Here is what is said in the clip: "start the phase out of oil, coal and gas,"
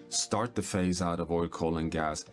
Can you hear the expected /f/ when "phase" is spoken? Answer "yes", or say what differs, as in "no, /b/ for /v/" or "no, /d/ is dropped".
yes